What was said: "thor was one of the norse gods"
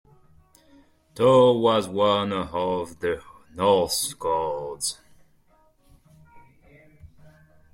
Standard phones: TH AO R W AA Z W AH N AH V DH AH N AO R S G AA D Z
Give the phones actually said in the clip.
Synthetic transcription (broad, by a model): T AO W AA Z W AH N AH V DH AH N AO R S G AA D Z